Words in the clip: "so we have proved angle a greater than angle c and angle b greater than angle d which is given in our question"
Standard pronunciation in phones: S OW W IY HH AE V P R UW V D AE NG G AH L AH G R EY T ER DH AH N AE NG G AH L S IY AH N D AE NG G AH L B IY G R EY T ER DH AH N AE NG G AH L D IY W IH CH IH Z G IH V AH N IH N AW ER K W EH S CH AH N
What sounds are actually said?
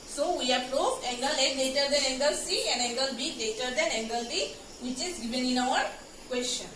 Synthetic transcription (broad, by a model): S OW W IY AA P R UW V EH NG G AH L AH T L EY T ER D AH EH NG G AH L S IY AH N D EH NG G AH L B IY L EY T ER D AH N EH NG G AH L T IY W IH CH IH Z G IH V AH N IH N AW ER K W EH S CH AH N